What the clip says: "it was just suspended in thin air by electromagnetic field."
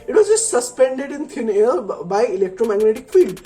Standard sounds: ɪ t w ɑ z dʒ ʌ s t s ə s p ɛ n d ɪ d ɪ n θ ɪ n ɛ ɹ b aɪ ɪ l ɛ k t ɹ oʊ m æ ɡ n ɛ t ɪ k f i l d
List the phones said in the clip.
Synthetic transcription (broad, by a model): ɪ t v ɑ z dʒ ʌ s t s ə s p ɛ n d ɪ d ɪ n t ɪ n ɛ l b aɪ ɪ l ɛ k t ɹ oʊ m æ ɡ n ɛ t ɪ k f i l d